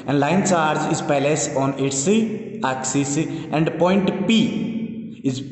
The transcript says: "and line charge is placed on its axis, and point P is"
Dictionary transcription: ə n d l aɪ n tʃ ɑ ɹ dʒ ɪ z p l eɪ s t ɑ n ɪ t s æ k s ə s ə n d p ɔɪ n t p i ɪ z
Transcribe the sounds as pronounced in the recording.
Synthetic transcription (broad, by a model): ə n d l aɪ n tʃ ɑ ɹ dʒ ɪ z p l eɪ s ɑ n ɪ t s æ k s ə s ə n d p ɔɪ n t p i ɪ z